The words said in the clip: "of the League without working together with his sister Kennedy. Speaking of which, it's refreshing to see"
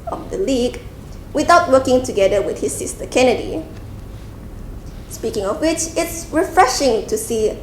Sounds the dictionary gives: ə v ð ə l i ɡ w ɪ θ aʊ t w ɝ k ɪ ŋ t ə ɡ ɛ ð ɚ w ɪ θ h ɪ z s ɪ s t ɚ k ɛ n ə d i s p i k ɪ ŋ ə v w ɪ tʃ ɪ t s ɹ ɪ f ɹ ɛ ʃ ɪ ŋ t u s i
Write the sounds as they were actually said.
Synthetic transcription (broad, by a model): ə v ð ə l i ɡ w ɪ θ aʊ t w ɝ k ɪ ŋ t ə ɡ ɛ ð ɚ w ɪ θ h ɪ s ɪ s t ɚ k ɛ n ə d i s p i k ɪ ŋ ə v w ɪ tʃ ɪ t s ɹ ɪ f ɹ ɛ ʃ ɪ ŋ t u s i